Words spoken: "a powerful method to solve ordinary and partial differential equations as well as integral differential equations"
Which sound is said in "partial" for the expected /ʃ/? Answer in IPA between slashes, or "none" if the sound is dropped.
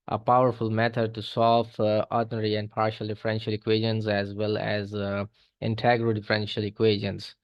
/ʃ/